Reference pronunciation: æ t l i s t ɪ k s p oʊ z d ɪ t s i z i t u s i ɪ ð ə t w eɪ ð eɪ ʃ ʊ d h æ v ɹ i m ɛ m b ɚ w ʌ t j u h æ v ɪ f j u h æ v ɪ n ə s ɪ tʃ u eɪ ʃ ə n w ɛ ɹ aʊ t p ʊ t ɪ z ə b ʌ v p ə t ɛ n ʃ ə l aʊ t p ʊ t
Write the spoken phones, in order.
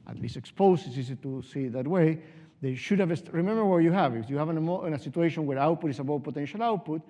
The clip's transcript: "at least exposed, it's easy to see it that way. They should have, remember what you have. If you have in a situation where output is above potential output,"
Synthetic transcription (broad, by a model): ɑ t l i s t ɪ k s p oʊ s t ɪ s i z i t u s i ð ə t w eɪ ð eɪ ʃ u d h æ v ɹ i m ɛ m b ɚ w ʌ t j u h æ v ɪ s j u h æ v ɪ n ə s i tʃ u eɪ ʃ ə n w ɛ ɹ aʊ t p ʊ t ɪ s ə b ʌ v p ə t ɛ n ʃ ə l aʊ t p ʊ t